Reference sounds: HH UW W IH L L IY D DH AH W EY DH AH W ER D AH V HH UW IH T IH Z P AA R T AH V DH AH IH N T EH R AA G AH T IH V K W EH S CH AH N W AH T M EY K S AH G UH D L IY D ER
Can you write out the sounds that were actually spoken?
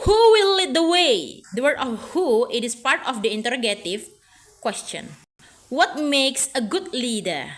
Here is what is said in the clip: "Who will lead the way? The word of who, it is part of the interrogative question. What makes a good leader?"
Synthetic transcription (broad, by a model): HH UW W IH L L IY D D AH W EY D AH W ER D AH F HH UW IH T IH S P AA R T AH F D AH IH N T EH R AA G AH T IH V K W EH S CH AH N W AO T M EY K S AH G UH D L IY D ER